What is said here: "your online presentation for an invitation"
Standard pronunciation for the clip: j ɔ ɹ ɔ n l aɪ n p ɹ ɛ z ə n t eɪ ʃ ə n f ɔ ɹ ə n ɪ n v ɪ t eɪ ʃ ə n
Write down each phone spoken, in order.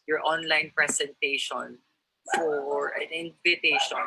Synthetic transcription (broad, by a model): j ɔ ɹ ɔ n l aɪ n p ɹ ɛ s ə n t eɪ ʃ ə n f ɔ ɹ ə n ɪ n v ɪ t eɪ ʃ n